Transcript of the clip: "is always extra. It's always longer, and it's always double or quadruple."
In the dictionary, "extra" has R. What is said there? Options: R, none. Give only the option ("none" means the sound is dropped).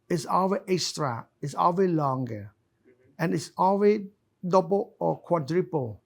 R